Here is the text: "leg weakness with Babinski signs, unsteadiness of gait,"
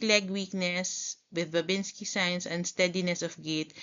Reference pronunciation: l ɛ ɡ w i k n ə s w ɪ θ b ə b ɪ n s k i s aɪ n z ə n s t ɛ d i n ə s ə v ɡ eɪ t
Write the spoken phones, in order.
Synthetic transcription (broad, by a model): l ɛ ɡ w i k n ə s w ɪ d b ə b ɪ n s k i s aɪ n s ə n s t ɛ d i n ə s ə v ɡ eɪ t